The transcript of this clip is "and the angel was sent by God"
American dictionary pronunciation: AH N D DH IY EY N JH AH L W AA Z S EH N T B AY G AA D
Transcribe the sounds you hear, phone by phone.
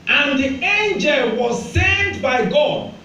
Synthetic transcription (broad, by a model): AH N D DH IY EY N JH AH L W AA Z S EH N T B AY G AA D